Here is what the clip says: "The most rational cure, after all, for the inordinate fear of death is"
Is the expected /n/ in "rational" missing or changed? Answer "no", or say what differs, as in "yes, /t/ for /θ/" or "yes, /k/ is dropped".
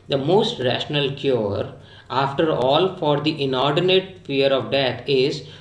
no